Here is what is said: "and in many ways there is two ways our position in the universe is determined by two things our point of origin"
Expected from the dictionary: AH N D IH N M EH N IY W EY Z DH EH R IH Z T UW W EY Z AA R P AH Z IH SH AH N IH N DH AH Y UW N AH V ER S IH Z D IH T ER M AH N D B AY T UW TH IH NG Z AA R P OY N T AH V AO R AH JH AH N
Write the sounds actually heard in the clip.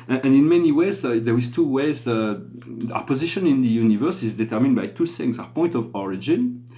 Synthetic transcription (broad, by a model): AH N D IH N M EH N IY W EY Z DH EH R IH Z T UW W EY Z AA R P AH Z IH SH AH N IH N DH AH Y UW N AH V ER S IH Z D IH T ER M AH N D B AY T UW S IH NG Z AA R P OY N T AH V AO R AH JH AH N